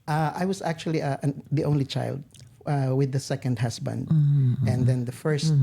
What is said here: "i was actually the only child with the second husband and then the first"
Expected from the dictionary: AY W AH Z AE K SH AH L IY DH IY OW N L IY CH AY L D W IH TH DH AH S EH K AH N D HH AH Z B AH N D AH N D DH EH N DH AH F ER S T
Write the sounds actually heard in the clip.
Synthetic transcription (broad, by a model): AY W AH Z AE K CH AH L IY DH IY OW N L IY CH AY L D W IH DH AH S EH K AH N D HH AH S B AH N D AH N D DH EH N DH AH F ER S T